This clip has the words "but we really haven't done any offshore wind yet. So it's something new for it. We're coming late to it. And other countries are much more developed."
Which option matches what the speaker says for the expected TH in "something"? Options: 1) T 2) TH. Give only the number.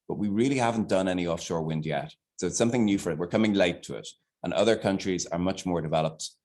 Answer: 2